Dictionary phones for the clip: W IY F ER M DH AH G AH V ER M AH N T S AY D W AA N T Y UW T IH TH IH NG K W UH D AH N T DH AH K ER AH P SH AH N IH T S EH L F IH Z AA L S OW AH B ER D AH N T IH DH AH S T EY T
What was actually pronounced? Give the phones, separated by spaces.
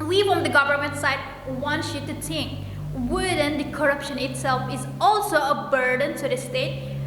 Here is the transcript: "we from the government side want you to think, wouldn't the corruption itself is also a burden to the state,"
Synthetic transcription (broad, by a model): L IY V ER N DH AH G AH V ER M AH N T S AY D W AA N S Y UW T IH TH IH NG K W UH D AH N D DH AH K ER AH P SH AH N IH T S EH L F IH Z AA L S OW AH B ER D AH N T IH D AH S T EY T